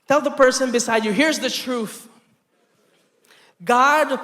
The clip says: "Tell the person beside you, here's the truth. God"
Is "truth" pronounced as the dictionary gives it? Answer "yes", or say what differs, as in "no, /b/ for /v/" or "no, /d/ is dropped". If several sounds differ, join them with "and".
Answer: yes